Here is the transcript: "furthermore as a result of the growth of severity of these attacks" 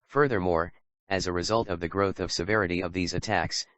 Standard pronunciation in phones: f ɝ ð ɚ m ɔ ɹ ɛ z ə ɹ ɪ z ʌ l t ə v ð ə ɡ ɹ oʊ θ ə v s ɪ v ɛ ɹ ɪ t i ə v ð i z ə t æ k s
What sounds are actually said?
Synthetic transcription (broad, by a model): f ɝ ð ɚ m ɔ ɹ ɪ z ə ɹ ɪ z ʌ l t ə v ð ə ɡ ɹ oʊ θ ə v s ɪ v ɛ ɹ ɪ t i ə v ð i z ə t æ k s